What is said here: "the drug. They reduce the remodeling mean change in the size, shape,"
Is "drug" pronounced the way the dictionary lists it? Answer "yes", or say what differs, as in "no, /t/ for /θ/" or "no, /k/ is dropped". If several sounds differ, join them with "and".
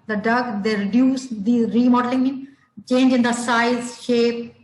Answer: no, /ɹ/ is dropped